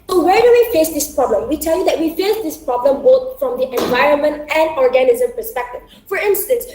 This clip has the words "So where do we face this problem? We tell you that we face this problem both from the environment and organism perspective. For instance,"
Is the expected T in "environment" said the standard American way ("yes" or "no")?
yes